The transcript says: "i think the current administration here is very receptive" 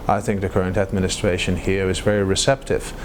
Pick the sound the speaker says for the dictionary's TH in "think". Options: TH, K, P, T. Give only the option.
TH